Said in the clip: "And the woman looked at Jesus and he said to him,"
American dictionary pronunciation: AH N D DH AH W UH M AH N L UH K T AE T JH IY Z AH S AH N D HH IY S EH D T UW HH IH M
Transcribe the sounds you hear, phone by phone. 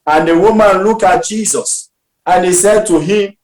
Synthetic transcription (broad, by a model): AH N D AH W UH M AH N L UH K AA T JH IY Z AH S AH N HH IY S EH D T UW HH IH M